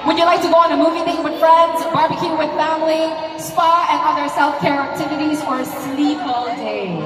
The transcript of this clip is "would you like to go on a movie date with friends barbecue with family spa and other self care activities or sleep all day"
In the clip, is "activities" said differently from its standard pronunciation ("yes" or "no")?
no